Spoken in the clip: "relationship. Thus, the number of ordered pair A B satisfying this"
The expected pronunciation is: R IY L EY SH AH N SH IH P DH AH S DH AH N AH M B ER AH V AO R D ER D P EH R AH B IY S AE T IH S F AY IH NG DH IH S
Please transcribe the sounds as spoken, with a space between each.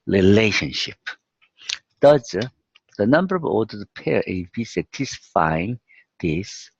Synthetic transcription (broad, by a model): R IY L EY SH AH N SH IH P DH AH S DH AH N AH M B ER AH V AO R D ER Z P EH R AH B IY S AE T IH S F AY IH NG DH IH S